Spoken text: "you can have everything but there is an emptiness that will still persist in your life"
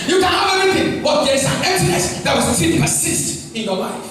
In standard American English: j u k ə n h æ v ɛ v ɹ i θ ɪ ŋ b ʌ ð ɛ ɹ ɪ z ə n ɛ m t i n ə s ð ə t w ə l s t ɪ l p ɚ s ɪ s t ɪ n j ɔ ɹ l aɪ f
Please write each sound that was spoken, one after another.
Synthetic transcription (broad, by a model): j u k ə n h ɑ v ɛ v i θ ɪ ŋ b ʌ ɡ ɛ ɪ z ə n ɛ t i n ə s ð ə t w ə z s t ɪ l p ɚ s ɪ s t ɪ n j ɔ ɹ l aɪ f